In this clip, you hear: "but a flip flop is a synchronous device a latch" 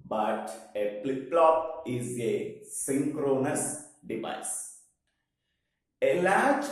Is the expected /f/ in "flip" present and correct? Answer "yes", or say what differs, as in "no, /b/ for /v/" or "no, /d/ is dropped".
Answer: no, /p/ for /f/